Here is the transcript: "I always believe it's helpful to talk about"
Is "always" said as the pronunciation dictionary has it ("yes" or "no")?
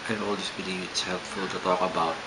no